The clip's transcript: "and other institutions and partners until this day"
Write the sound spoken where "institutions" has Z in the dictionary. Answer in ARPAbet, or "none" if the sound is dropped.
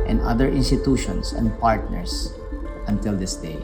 S